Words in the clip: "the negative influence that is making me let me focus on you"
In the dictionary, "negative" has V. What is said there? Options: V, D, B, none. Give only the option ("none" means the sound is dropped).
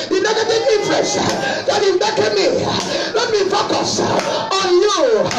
none